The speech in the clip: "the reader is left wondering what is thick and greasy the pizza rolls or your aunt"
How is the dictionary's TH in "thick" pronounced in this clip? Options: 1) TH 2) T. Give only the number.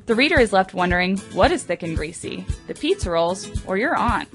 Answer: 1